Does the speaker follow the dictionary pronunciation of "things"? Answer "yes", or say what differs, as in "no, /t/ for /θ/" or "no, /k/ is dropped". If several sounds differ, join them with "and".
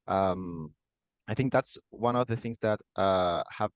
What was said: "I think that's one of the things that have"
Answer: yes